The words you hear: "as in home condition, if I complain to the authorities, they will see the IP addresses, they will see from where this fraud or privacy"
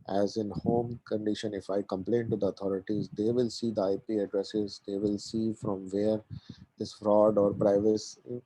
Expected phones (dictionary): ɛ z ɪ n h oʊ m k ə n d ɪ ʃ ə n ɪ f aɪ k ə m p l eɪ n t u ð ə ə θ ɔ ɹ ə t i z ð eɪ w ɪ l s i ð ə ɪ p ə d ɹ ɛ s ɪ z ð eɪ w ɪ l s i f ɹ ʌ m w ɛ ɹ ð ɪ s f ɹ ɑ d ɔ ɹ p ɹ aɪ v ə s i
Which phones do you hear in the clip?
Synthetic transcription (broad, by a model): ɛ z ɪ n h oʊ m k ə n d ɪ ʃ ə n ɪ f aɪ k ə m p l eɪ n t u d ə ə t ɔ ɹ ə t i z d eɪ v ɪ l s i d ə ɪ p ə d ɹ ɛ s ɪ z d eɪ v ɪ l s i f ɹ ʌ m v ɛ ɹ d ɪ s f ɹ ɑ d ɔ ɹ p ɹ aɪ v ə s